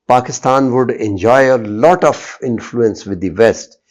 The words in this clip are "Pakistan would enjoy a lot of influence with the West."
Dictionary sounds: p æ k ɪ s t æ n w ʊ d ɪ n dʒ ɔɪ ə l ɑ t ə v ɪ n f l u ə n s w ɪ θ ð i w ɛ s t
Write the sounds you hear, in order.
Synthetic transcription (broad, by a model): p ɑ k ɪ s t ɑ n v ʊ d ɪ n dʒ ɔɪ ə l ɑ t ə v ɪ n f l u ə n s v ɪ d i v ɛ s t